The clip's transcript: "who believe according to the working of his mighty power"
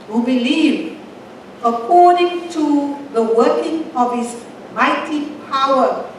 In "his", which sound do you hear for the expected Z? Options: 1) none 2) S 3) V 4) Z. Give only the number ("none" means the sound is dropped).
2